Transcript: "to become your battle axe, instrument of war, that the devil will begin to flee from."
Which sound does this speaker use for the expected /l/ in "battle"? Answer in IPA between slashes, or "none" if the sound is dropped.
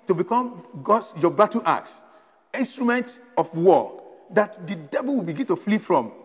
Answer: /n/